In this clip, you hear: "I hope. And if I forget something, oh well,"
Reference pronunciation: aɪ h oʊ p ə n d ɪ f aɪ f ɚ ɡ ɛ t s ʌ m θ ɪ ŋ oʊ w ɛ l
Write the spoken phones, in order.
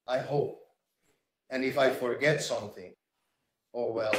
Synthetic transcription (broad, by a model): aɪ h oʊ p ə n ɪ f aɪ f ɚ ɡ ɛ t s ʌ m θ ɪ ŋ oʊ w ɛ l